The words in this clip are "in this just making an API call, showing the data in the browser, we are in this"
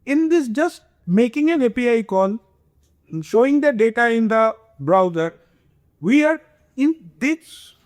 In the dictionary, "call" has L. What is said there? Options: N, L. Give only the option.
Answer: N